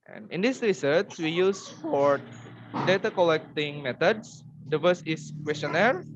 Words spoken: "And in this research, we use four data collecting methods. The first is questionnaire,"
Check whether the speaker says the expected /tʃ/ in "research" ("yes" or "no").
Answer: no